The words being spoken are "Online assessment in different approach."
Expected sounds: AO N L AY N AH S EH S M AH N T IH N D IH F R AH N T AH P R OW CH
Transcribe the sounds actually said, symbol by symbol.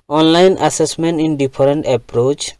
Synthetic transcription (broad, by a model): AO N L AY N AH S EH S M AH N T IH N D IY P R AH N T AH P R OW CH